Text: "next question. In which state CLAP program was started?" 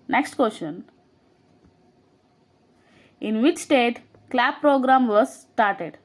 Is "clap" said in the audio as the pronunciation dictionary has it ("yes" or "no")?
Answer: no